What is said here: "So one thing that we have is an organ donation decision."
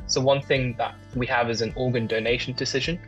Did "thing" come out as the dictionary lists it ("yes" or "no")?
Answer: yes